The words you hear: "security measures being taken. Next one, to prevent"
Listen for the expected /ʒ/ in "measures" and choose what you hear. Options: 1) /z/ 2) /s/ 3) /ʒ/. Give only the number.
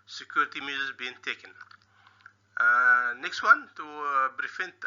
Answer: 1